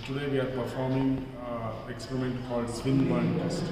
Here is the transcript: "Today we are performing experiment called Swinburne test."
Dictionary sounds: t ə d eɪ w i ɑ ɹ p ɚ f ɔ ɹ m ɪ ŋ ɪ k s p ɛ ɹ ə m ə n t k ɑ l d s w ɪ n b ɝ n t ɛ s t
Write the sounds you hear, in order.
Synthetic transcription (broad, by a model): t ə d eɪ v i ɑ ɹ p ɚ f ɔ ɹ m ɪ ŋ ɪ k s p ɛ ɹ ə m ə n t k ɑ l d s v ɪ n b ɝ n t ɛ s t